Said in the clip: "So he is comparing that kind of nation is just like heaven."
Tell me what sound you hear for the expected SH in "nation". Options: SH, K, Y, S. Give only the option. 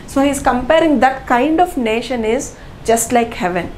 SH